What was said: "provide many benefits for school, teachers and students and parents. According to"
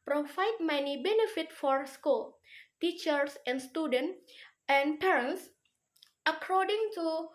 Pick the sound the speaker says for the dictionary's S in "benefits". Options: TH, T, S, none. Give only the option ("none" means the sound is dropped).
none